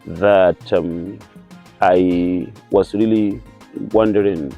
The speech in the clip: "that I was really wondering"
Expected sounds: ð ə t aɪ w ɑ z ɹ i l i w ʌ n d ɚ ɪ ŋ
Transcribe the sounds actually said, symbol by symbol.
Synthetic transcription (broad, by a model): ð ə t aɪ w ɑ s ɹ i l i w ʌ n d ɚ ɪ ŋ